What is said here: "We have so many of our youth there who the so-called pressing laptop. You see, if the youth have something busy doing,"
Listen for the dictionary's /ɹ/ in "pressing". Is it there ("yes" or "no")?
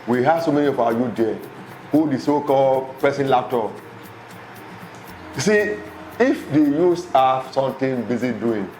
no